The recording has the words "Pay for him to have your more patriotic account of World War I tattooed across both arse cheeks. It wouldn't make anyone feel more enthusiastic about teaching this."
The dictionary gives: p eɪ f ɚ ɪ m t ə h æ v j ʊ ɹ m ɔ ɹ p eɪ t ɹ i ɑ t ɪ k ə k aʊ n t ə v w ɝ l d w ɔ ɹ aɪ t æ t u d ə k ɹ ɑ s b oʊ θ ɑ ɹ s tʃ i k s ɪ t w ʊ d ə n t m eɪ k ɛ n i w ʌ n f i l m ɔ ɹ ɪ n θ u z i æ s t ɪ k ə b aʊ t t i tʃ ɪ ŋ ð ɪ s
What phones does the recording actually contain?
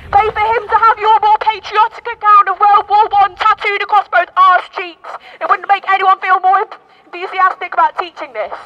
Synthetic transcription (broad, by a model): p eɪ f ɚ ɪ m t ə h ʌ v j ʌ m ɔ p eɪ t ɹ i ɑ t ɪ k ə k aʊ n ə v w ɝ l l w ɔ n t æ t u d ə k ɹ ɑ s b oʊ θ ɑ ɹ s tʃ i k s ɪ t w ʊ d n m eɪ k ɛ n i w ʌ n f i l m ɔ ɹ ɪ n θ u z i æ s t ɪ k ə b aʊ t t i tʃ ɪ ŋ ð ɪ s